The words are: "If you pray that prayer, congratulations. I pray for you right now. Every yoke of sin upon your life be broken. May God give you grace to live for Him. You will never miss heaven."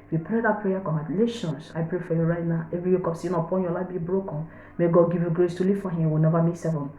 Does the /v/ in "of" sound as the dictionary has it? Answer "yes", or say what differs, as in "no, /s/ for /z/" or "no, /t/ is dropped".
no, /p/ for /v/